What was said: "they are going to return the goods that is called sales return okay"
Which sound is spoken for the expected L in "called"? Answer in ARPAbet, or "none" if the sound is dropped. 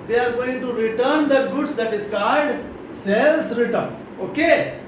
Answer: none